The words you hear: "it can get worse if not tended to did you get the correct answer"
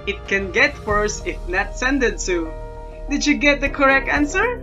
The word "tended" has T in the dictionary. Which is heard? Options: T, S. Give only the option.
S